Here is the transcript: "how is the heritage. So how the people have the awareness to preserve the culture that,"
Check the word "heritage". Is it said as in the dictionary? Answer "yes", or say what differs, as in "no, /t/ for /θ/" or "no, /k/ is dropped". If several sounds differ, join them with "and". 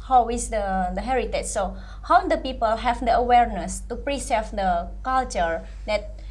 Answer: no, /tʃ/ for /dʒ/